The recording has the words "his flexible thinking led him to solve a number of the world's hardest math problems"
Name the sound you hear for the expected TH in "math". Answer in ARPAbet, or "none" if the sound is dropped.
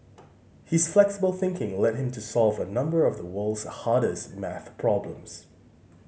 TH